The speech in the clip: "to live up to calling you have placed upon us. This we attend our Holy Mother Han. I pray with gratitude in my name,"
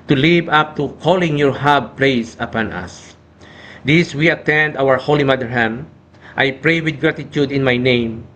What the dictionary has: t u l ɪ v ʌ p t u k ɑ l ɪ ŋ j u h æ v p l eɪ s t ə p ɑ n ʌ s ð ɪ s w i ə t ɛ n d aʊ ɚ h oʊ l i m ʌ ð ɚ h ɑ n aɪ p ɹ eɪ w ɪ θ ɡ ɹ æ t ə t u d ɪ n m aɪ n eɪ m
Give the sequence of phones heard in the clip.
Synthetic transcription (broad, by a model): t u l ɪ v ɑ p t u k ɑ l ɪ ŋ j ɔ h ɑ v p l eɪ s ə p ɑ n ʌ s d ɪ s w i ə t ɛ n d aʊ ɚ h oʊ l i m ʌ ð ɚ h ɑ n aɪ p ɹ eɪ w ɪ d ɡ ɹ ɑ t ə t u d ɪ n m aɪ n eɪ m